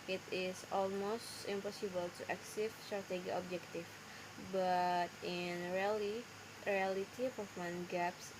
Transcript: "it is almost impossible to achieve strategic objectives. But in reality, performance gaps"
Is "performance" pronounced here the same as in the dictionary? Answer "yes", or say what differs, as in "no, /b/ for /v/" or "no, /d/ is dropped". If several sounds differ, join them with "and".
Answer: no, /s/ is dropped